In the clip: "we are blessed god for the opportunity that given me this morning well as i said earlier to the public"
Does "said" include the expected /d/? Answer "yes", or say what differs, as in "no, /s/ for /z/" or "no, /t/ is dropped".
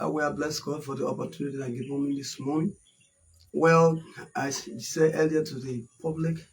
no, /d/ is dropped